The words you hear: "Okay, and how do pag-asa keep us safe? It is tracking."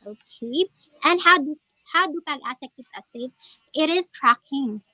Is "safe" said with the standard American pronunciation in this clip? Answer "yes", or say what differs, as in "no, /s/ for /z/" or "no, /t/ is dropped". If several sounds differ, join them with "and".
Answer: no, /f/ is dropped